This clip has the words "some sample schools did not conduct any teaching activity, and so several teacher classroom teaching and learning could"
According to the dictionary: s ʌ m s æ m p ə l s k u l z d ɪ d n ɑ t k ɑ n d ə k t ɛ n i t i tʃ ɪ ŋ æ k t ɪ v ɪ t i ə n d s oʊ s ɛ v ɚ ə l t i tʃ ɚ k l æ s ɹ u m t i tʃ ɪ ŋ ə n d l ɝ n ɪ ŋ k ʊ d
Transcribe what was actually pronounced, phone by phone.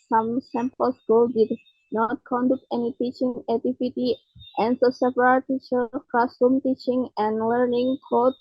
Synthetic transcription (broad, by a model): s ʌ m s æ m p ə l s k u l d ɪ d n ɑ t k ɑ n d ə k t ɛ n i t i tʃ ɪ ŋ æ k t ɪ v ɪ t i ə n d s oʊ s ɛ p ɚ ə t i tʃ ɚ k ɔ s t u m t i tʃ ɪ ŋ ə n d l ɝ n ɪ ŋ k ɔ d